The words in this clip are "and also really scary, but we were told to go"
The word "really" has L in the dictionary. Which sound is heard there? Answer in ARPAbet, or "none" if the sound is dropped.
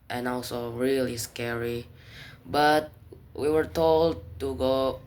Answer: L